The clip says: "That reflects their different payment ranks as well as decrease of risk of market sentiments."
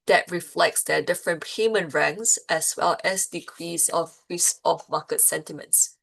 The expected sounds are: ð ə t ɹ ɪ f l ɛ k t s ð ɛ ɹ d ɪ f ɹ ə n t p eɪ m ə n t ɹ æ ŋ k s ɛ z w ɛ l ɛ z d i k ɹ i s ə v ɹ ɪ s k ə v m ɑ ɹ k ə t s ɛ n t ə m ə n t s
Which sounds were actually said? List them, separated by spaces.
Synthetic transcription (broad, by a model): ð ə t ɹ ɪ f l ɛ k t s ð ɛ d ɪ f ɹ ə n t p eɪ m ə n ɹ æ ŋ s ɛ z w ɛ l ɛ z d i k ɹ i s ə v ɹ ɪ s ə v m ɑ k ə t s ɛ n t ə m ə n t s